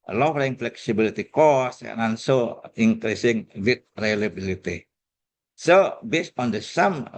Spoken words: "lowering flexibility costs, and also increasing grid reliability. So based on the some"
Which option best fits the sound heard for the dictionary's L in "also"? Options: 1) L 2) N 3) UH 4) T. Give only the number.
2